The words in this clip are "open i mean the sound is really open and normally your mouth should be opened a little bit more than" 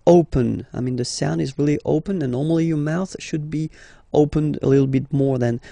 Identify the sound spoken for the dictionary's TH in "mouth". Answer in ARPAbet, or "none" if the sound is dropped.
TH